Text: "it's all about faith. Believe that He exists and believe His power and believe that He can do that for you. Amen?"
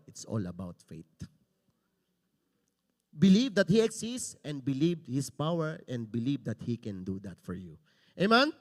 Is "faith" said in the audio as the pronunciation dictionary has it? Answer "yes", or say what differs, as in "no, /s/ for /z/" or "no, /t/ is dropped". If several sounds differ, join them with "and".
no, /t/ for /θ/